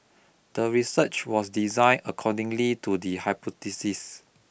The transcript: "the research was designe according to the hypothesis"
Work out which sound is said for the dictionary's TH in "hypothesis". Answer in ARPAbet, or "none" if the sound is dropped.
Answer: T